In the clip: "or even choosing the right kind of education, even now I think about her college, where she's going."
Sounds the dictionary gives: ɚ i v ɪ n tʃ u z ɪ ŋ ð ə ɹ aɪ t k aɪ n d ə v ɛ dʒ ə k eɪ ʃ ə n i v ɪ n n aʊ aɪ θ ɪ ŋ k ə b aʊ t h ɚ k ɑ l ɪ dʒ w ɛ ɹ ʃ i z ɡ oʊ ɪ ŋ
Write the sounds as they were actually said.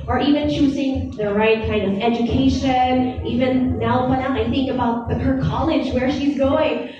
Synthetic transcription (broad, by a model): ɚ i v ɪ n tʃ u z ɪ ŋ ð ə ɹ aɪ t k aɪ n d ə v ɛ dʒ ə k eɪ ʃ ə n i v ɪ n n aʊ aɪ θ ɪ ŋ k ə b aʊ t h ɚ k ɑ l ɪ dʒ w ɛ ɹ ʃ i z ɡ oʊ ɪ ŋ